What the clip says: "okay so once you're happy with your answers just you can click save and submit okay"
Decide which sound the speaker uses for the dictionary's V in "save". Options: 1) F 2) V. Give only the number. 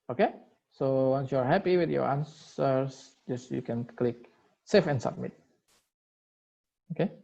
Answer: 1